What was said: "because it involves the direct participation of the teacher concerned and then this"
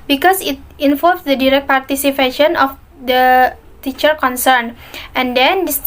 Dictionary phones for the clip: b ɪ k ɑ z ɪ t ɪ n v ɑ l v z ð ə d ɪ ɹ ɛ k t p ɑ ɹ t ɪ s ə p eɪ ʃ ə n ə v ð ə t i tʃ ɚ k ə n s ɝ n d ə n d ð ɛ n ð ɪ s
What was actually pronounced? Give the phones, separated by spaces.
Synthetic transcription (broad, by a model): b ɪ k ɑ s ɪ t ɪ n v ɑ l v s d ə d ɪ ɹ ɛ k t p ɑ ɹ t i s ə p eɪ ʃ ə n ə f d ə t i tʃ ɚ k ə n s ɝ n ə n d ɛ n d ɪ s